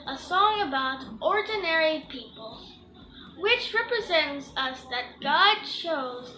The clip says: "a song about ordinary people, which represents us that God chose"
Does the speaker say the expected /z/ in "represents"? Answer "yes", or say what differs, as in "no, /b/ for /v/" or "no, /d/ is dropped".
yes